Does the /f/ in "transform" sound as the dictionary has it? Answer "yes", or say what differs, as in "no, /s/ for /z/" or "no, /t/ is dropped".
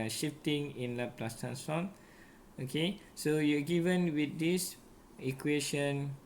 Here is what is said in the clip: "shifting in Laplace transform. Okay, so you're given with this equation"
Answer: no, /f/ is dropped